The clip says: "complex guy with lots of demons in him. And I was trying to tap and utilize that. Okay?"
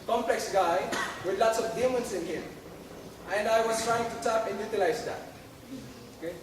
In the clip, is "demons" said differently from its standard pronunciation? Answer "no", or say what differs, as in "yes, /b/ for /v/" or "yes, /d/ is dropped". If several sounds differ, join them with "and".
yes, /s/ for /z/